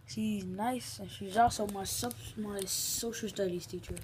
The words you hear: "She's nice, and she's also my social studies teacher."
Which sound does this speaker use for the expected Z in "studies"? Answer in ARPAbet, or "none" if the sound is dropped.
S